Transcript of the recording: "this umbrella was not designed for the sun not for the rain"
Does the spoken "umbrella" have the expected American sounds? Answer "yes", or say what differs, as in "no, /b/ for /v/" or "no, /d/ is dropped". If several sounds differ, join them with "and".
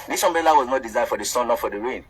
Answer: no, /ɹ/ is dropped